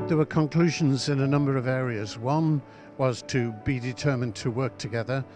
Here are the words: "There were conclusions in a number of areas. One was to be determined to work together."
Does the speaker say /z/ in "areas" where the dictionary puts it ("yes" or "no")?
yes